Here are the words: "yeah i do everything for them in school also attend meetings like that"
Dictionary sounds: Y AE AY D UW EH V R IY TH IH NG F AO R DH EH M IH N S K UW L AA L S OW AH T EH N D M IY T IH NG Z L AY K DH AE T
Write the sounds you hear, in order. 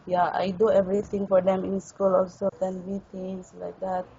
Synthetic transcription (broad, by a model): Y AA AY D UW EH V R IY T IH NG F AO R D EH M IH N S K UW L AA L S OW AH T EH N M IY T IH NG S L AY K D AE T